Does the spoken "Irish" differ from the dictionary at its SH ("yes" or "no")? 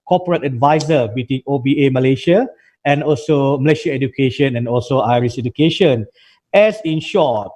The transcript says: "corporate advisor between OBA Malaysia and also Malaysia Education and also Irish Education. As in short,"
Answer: yes